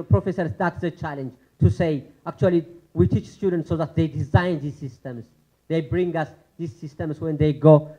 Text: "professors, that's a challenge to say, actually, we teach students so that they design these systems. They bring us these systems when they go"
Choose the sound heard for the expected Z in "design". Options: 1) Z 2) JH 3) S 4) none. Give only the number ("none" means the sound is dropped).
1